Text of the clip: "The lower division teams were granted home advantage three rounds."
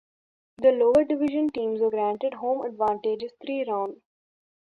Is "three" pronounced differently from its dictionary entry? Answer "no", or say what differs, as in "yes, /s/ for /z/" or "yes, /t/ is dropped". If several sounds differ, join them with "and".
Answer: yes, /t/ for /θ/